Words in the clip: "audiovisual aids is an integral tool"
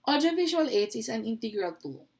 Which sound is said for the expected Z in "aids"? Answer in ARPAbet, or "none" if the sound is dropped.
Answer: none